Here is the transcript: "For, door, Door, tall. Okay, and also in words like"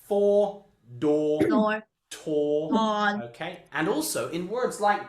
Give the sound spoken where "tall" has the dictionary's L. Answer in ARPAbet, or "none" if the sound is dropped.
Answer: N